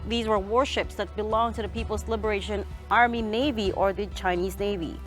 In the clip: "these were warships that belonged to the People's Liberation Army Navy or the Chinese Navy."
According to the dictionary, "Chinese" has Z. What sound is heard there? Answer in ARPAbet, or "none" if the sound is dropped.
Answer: Z